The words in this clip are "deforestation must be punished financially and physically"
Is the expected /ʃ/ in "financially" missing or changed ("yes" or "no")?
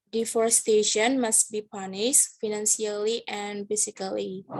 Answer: yes